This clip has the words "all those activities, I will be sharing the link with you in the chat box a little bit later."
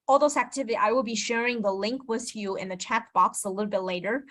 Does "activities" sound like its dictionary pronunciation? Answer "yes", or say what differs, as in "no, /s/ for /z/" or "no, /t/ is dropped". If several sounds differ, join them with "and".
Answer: no, /z/ is dropped